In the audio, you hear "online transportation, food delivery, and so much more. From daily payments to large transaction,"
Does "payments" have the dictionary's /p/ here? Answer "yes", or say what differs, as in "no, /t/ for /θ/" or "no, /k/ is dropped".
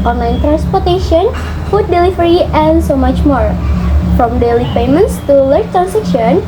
yes